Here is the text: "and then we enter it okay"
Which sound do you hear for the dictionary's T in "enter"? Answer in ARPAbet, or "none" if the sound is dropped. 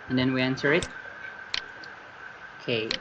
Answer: S